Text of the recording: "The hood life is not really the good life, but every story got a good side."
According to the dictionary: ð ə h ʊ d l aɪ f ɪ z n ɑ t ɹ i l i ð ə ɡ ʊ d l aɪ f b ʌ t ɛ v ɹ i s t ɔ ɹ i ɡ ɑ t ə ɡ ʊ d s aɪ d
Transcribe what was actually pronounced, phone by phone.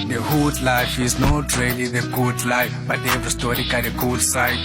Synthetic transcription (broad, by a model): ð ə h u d l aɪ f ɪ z n ɑ t ɹ i l i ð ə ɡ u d l aɪ f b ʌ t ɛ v i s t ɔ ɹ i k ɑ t ə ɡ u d s aɪ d